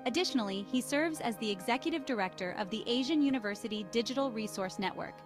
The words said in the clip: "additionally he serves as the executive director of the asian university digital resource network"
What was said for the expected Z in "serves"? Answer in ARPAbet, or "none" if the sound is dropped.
Z